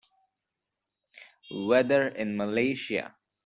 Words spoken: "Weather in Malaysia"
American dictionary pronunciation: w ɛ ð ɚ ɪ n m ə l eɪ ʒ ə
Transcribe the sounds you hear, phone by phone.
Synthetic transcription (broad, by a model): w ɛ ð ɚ ɪ n m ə l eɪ ʃ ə